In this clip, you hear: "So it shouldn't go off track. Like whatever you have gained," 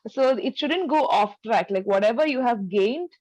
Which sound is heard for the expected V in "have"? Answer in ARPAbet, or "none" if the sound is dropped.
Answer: V